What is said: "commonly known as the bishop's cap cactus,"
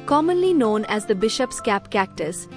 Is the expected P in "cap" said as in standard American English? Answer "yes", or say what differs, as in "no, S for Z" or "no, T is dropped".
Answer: yes